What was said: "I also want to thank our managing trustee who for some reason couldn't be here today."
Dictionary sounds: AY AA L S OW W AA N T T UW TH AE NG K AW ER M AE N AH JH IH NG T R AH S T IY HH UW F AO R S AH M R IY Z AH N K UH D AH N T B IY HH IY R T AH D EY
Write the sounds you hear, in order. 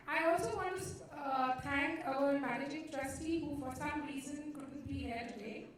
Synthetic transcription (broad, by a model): AY AA L S OW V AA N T T UW T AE NG K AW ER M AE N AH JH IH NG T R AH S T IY HH UW F AO R S AH M R IY Z AH N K UH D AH N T B IY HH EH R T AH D EY